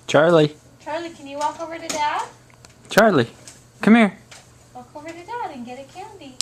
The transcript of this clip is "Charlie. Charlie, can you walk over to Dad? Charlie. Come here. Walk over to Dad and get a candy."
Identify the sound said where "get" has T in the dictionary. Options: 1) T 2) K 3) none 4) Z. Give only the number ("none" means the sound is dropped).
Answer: 1